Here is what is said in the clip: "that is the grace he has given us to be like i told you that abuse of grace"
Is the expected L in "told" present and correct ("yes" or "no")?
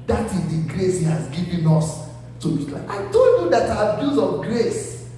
no